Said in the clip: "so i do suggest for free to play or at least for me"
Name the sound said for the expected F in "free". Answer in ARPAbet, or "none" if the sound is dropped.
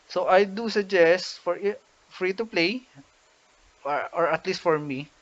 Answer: F